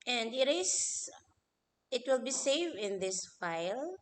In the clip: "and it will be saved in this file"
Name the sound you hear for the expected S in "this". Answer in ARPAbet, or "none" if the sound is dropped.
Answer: S